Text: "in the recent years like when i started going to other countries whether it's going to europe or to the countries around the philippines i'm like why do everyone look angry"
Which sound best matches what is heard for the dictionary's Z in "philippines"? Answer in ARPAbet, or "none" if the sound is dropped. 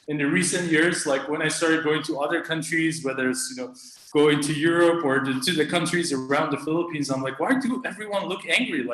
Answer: Z